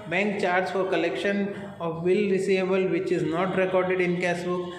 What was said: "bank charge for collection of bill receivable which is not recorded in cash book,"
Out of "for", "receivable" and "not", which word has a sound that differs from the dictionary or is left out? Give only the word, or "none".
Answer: receivable